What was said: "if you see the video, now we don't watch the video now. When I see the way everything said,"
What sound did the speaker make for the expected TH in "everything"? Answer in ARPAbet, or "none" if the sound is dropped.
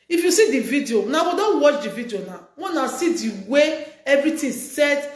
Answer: T